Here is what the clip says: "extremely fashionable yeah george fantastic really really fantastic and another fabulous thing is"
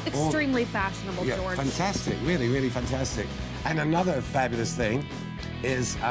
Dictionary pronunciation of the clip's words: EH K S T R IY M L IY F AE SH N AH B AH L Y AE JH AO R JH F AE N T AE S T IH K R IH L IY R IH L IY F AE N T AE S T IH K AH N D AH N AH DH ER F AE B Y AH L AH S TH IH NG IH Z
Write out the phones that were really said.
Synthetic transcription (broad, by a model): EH K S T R IY M L IY F AE SH N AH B L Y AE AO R F AE N T AE S T IH K R IH L IY R IH L IY F AE N T AE S T IH K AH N AH N AH DH ER F AE B Y AH L AH S TH IH NG IH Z